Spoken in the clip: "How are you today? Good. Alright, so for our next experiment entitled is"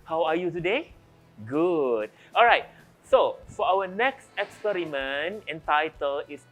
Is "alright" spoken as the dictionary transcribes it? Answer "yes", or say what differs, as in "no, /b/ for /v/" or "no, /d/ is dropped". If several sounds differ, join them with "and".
yes